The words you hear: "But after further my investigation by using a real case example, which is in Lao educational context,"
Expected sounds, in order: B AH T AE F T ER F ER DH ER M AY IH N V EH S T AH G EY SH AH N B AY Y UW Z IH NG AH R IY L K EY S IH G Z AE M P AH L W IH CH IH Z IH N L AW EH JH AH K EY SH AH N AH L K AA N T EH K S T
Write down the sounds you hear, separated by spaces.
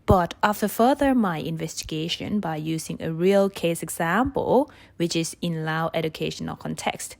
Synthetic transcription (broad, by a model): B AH T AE F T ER F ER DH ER M AY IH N V EH S T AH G EY SH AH N B AY Y UW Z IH NG AH R IY L K EY S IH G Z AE M P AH L W IH CH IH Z IH N L AW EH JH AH K EY SH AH N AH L K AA N T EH K S T